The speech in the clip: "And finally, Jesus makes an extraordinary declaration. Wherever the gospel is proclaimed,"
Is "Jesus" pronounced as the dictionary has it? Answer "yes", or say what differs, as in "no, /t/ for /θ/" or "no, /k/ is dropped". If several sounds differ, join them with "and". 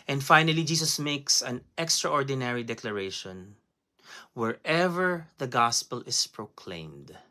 no, /s/ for /z/